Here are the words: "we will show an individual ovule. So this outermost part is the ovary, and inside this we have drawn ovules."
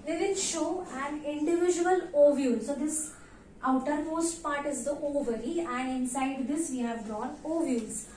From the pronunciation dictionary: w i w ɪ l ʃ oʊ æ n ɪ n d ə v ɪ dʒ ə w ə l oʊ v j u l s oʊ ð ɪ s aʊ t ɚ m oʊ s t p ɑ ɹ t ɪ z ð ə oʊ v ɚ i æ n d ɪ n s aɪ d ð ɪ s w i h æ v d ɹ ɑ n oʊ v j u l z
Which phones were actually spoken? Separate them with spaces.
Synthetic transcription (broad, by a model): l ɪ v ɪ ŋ ʃ oʊ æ n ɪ n d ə v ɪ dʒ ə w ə l oʊ v j u l s oʊ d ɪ s aʊ t ɚ m oʊ s t p ɑ ɹ t ɪ z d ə oʊ v ɚ i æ n d ɪ n s aɪ d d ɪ s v i h æ v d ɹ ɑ n oʊ v j u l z